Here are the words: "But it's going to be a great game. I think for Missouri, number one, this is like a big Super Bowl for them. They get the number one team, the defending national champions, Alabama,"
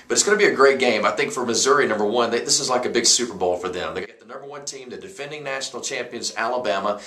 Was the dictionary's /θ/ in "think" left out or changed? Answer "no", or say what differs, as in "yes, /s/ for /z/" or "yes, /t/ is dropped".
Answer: no